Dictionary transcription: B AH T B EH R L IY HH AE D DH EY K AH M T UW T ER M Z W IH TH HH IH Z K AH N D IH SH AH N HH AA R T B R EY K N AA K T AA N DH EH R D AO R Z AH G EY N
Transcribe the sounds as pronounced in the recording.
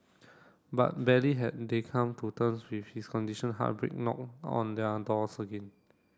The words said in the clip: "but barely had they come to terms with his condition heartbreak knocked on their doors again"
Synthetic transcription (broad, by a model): B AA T B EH L IY HH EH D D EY K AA M T UW T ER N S W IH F HH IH S K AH N D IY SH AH N HH AA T B R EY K N AA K AA N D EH D AO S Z AH G EY N